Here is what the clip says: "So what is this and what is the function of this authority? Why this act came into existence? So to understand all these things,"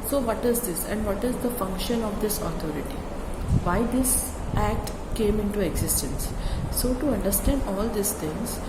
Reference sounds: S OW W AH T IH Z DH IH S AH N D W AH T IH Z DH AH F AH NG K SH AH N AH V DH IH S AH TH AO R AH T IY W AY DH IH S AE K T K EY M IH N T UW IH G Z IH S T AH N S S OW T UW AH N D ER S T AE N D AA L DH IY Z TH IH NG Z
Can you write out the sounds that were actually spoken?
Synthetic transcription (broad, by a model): S OW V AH T IH Z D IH S AH N D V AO T IH Z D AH F AH NG K SH AH N AH V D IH S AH T AO R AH T IY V AY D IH S AE K T K EY M IH N T UW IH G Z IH S T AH N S S OW T UW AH N D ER S T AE N D AA L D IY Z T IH NG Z